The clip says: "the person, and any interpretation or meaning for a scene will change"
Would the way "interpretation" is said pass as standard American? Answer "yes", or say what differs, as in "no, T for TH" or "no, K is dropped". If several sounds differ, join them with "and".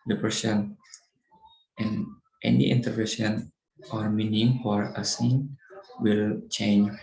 no, S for T and SH is dropped